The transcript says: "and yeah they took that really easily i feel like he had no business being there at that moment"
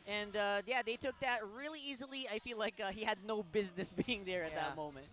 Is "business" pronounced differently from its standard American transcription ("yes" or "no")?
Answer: no